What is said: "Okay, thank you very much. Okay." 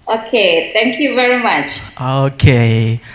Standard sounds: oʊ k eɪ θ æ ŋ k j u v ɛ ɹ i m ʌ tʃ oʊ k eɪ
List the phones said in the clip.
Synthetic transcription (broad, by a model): oʊ k eɪ t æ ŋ k j u v ɛ ɹ i m ʌ tʃ oʊ k eɪ